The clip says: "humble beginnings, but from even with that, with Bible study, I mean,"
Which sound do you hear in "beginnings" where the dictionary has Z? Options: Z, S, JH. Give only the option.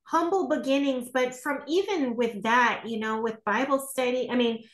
Z